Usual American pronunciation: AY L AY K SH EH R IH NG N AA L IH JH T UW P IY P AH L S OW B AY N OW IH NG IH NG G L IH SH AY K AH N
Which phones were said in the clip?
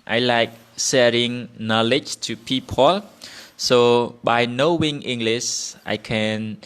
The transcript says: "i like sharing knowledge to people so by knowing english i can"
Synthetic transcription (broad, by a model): AY L AY K S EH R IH NG N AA L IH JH T UW P IY P AH L S OW B AY N OW IH NG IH NG G L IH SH AY K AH N